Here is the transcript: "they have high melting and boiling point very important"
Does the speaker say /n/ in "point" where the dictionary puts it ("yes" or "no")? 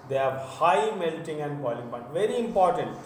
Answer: no